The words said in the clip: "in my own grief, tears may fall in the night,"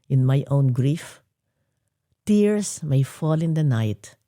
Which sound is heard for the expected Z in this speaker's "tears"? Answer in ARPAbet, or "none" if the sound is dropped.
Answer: S